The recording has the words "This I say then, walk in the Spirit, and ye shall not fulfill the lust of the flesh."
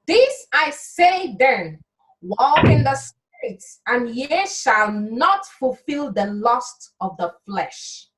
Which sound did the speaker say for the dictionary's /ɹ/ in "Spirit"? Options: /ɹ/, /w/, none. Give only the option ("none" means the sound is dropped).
none